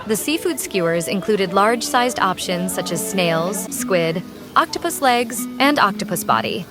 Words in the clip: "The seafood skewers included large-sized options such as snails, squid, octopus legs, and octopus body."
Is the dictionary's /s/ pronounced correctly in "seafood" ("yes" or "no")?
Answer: yes